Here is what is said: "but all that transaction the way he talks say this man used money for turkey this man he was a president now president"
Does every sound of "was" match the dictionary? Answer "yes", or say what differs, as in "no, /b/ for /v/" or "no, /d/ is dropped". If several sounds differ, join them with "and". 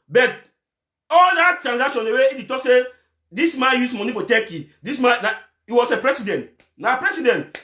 no, /s/ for /z/